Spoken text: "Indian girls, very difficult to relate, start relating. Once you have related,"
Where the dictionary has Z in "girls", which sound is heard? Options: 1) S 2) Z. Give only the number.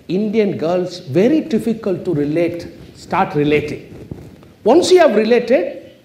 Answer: 1